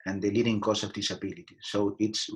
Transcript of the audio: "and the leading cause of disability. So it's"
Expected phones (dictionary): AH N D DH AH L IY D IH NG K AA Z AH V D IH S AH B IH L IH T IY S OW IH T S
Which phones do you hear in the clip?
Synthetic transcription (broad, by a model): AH N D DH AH L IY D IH NG K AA S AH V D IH S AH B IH L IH T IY S OW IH T S